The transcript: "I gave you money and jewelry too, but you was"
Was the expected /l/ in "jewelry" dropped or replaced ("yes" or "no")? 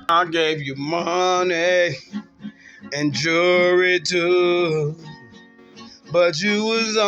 yes